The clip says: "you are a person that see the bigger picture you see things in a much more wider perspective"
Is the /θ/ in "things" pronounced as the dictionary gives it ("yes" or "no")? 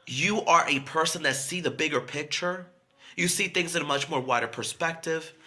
yes